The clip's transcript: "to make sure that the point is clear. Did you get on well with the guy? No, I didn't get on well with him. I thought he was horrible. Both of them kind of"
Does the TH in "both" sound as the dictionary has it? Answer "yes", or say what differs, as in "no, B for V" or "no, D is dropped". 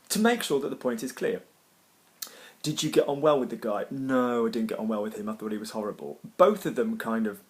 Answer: yes